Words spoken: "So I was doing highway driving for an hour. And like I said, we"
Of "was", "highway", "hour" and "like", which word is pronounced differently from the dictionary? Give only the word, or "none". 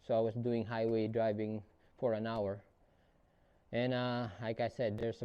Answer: was